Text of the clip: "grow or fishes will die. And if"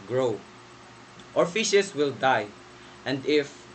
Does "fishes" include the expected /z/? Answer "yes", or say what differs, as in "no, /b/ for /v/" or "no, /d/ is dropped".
no, /s/ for /z/